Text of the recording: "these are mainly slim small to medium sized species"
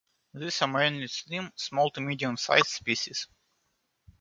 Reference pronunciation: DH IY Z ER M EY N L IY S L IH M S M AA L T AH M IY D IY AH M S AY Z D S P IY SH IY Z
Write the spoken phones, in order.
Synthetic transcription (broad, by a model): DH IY S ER M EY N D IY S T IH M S M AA L T AH M IY D IY AH M S AY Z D S P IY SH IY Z